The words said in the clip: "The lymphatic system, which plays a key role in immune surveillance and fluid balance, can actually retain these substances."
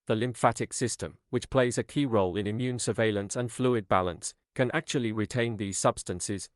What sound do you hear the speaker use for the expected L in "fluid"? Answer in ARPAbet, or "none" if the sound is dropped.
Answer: L